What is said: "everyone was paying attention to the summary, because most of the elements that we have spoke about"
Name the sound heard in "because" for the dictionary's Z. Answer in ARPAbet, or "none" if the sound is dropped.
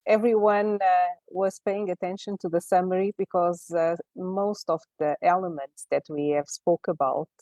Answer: Z